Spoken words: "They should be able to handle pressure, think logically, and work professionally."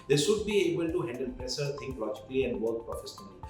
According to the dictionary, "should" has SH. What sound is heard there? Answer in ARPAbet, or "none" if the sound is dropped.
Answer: S